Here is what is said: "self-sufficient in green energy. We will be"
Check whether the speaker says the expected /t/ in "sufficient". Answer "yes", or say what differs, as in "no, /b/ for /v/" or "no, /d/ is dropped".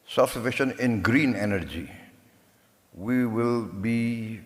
no, /t/ is dropped